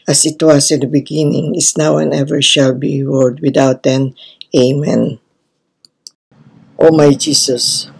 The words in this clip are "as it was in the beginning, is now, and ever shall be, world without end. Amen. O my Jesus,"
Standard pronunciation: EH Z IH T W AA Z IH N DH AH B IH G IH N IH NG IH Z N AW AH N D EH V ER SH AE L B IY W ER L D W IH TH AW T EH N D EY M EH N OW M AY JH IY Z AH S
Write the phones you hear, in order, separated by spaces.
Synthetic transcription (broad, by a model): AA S IH T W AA S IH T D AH B IH G IH N IH NG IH S N AW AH N EH V ER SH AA L B IY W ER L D W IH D AW T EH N EY M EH N OW M AY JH IY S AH S